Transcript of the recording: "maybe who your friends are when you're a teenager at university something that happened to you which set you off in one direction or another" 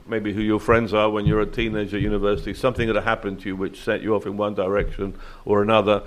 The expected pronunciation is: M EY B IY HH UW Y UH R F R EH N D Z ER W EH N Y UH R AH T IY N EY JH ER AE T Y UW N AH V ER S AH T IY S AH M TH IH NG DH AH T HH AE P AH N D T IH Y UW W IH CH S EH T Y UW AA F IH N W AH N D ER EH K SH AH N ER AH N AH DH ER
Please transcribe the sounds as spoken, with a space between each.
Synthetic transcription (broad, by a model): M EY B IY HH UW Y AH R F R EH N D Z ER W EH N Y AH R AH T IY N EY JH ER Y UW N AH V ER S AH T IY S AH M TH IH NG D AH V HH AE P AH N T IH Y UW W IH CH S EH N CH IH AA F IH N W AH N D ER EH K SH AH N ER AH N AH DH ER